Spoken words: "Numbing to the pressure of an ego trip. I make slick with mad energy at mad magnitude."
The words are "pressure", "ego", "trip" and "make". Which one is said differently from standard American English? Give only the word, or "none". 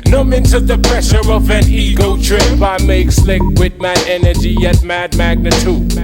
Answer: trip